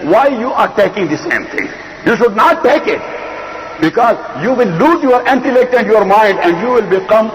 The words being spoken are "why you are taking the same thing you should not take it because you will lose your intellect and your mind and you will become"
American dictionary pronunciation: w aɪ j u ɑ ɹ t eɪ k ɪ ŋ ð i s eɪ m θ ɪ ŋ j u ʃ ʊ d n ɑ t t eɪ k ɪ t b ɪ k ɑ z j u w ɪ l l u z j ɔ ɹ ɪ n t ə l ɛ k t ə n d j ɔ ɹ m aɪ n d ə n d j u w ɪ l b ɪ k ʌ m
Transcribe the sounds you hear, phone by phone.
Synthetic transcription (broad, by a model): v aɪ j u ɑ ɹ t eɪ k ɪ ŋ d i s eɪ m t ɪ ŋ j u ʃ ʊ d n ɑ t t eɪ k ɪ t b ɪ k ɑ z j u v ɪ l l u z j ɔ ɹ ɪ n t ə l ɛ k t ə n d j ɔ ɹ m aɪ n d ə n d j u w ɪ l b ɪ k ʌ m